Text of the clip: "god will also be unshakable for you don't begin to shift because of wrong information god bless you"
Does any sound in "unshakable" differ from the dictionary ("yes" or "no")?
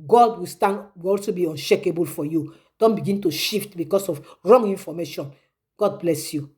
no